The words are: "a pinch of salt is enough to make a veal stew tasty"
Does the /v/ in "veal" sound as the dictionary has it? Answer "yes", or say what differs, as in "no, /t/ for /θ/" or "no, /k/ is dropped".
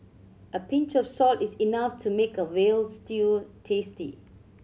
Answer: no, /w/ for /v/